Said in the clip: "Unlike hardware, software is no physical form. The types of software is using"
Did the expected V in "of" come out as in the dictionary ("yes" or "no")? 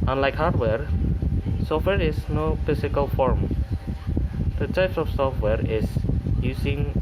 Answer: no